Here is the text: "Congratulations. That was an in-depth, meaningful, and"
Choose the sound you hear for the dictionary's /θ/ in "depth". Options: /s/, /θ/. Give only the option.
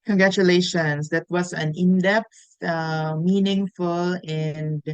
/s/